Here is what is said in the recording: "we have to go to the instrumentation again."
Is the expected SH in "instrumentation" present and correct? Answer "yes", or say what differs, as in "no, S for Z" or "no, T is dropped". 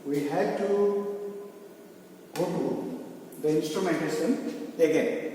no, S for SH